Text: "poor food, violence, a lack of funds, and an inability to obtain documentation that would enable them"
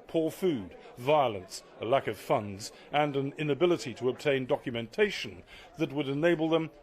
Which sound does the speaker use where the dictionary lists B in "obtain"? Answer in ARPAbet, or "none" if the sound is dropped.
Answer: B